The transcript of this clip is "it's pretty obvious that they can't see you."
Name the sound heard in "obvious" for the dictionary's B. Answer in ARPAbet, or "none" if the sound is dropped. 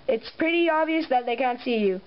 none